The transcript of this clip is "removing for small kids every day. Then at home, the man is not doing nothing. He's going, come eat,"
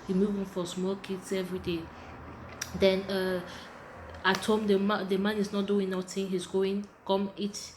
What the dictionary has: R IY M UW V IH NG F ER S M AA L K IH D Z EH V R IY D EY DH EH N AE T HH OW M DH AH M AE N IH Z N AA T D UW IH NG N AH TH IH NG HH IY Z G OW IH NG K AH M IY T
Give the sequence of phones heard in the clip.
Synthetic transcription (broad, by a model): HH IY M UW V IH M F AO S M AA L K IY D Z EH V R IY D EY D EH N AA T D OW M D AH M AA N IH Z N AA T D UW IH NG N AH T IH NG HH IY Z G OW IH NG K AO M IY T